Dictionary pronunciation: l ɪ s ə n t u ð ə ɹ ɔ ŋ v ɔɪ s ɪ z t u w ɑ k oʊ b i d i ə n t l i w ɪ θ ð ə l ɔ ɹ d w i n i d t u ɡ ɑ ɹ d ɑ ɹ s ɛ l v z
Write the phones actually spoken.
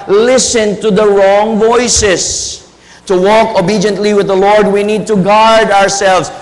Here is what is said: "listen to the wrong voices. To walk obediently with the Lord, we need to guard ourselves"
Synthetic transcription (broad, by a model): l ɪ s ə n t u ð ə ɹ ɔ ŋ v ɔɪ s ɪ s t u w ɑ k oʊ b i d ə n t l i w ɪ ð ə l ɔ ɹ d w i n i d t u ɡ ɑ ɹ d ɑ ɹ s ɛ l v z